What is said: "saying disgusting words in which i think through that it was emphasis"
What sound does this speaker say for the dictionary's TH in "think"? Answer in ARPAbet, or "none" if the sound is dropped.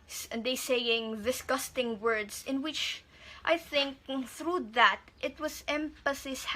TH